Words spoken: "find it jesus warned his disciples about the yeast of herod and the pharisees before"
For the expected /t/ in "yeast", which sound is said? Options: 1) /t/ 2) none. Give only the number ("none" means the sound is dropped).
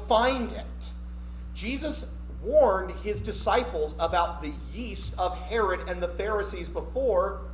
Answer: 1